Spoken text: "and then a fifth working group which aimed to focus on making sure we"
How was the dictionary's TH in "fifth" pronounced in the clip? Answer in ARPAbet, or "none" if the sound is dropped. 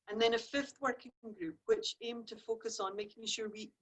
TH